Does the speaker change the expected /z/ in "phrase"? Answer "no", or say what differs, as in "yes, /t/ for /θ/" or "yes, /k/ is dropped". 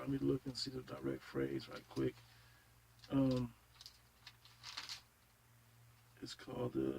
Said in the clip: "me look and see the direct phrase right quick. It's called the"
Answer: no